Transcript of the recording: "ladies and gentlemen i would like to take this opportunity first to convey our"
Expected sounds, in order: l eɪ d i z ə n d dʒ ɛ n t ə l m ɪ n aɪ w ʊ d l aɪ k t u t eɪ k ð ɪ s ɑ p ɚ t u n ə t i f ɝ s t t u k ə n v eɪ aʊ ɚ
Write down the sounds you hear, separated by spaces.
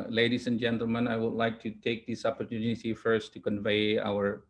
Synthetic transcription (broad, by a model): l eɪ d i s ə n dʒ ɛ n t ə l m ɪ n aɪ w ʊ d l aɪ k t u t eɪ k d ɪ s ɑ p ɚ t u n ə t i f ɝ s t t u k ə n v eɪ aʊ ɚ